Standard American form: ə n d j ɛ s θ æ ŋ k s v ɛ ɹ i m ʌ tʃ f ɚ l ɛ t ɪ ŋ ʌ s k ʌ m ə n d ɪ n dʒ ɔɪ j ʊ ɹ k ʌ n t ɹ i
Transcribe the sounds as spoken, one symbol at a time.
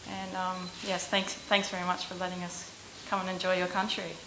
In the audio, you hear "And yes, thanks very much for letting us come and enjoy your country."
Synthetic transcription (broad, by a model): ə n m j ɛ s θ æ ŋ k s v ɛ ɹ i m ʌ tʃ f ɚ l ɛ t ɪ ŋ ʌ s k ʌ m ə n ɪ n dʒ ɔɪ j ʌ ɹ k ʌ n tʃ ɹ i